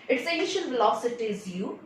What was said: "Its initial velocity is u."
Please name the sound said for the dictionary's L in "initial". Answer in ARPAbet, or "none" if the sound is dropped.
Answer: N